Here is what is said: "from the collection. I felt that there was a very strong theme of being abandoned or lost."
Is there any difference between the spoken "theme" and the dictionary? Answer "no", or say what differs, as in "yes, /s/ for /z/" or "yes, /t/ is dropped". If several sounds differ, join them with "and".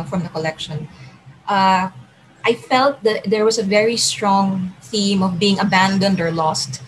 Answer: no